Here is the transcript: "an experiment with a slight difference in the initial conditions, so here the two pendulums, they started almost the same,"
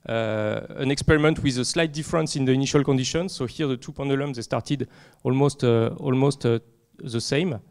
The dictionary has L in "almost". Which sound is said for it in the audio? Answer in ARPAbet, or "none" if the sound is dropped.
L